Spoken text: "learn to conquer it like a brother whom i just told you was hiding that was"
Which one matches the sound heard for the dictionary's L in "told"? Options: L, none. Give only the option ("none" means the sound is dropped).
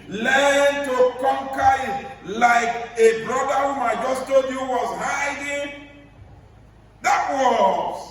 none